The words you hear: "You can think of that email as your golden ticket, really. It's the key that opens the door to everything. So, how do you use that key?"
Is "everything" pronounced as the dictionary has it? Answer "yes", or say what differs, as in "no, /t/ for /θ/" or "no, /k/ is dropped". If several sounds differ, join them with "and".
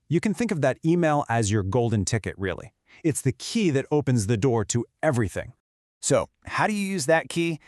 yes